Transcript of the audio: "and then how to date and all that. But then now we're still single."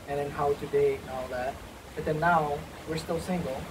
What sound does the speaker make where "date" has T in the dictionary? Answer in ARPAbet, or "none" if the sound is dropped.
none